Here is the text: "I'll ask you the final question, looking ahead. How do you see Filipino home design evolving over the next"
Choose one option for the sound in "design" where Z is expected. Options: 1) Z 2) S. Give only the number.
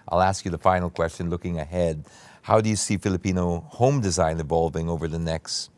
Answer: 1